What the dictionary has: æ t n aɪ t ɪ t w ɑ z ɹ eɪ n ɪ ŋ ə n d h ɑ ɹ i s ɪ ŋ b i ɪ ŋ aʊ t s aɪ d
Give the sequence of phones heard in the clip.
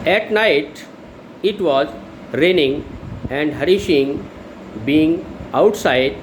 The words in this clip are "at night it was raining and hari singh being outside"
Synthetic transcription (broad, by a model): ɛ t n aɪ t ɪ t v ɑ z ɹ eɪ n ɪ ŋ ə n d h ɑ ɹ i ʃ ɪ ŋ b i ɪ ŋ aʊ t s aɪ d